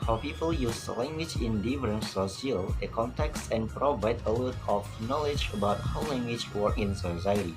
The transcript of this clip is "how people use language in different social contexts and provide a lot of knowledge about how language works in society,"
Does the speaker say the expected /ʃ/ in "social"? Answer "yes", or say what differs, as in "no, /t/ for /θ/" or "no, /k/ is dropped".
no, /ʃ/ is dropped